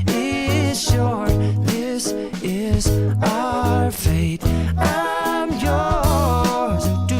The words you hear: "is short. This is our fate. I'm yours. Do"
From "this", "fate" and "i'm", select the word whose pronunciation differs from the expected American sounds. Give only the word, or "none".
none